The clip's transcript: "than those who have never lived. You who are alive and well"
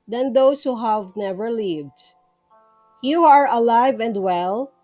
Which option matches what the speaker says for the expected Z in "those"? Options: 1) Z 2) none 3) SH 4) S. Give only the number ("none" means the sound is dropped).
4